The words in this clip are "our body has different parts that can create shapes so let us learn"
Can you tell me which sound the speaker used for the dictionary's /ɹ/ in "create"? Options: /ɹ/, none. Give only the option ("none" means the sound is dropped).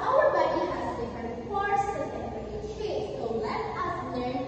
none